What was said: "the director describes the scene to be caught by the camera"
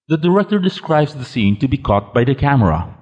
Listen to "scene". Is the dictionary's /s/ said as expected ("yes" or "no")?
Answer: yes